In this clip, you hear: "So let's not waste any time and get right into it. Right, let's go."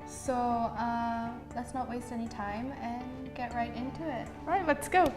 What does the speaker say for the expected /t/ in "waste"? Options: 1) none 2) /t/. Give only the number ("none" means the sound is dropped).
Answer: 2